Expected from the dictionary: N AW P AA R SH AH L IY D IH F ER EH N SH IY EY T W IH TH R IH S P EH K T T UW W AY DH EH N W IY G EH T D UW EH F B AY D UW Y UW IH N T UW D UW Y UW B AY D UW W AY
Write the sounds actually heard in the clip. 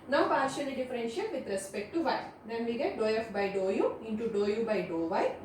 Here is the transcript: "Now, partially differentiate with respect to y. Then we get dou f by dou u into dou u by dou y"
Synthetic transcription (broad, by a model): N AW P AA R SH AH N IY D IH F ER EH N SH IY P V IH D R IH S P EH K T T UW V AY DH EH N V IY G EH T D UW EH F B AY D UW Y UW IH N T UW D UW Y UW B AY D UW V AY